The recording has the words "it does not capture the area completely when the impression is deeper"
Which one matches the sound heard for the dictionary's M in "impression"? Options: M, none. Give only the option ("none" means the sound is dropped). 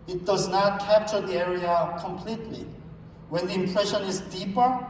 M